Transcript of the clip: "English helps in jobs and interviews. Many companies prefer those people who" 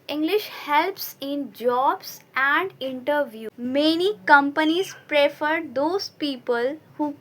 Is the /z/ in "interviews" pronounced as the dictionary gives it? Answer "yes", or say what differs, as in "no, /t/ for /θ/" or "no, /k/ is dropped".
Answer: no, /z/ is dropped